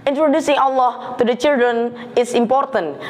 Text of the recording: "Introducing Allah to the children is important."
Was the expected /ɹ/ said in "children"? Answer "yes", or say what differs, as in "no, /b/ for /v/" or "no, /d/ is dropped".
yes